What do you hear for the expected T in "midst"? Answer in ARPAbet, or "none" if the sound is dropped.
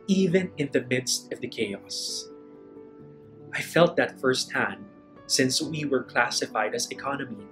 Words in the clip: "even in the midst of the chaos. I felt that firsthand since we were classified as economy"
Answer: T